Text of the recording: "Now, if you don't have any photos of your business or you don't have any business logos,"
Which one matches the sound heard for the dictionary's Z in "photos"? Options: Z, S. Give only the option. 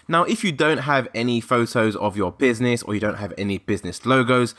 Z